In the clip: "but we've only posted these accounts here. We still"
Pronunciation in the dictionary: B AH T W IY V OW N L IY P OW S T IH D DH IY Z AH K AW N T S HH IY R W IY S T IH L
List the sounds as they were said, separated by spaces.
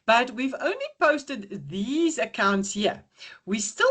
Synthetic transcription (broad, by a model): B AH T W IY V OW N L IY P OW S T IH D DH IY Z AH K AW N T S HH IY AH W IY S T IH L